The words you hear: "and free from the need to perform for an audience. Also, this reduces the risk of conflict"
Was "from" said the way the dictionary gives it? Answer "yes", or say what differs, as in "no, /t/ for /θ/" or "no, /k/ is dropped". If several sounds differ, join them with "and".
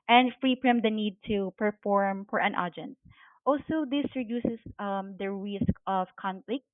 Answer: no, /p/ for /f/